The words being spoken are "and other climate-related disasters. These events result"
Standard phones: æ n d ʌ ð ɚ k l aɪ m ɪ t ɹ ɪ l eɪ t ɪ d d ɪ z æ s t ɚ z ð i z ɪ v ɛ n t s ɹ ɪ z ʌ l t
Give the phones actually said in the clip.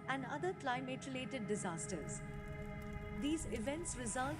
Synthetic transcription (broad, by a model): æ n d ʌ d ɚ k l aɪ m ɪ t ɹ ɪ l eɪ t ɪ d d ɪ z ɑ s t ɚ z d i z ɪ v ɛ n t s ɹ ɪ z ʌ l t